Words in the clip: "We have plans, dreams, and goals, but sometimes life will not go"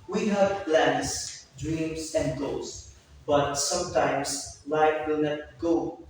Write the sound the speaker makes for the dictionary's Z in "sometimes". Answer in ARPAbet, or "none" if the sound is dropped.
S